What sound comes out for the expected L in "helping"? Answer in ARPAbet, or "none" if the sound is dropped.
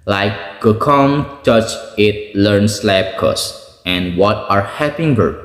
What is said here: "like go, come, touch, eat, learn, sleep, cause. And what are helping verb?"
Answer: none